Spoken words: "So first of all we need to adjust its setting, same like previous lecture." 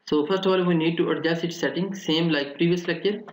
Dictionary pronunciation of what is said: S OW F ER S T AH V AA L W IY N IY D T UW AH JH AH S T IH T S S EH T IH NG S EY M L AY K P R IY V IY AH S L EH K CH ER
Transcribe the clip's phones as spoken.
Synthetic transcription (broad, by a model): S OW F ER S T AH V AA L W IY N IY D T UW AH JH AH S IH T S S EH T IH NG S EY M L AY K P R IY V IY AH S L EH K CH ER